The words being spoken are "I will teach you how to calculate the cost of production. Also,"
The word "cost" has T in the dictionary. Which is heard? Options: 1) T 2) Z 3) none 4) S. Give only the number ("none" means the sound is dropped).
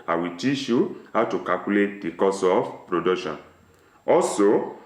3